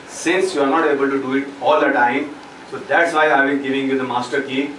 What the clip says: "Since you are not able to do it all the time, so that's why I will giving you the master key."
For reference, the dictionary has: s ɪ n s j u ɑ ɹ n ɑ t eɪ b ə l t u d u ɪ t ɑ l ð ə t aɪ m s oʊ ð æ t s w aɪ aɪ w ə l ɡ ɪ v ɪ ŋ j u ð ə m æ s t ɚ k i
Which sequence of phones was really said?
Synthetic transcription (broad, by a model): s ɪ n s j u ɑ ɹ n ɑ t eɪ b ə l t u d u ɪ t ɑ l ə t aɪ m s oʊ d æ t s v aɪ aɪ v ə n ɡ ɪ v ɪ ŋ j u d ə m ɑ s t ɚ k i